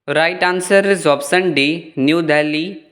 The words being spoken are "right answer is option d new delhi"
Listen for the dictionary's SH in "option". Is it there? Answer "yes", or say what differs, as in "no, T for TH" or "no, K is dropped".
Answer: no, S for SH